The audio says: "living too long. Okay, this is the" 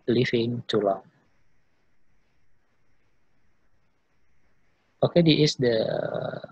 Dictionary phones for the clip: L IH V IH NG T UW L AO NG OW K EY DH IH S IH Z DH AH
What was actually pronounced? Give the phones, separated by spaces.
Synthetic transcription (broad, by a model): L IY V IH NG T UW L AO NG OW K EY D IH IH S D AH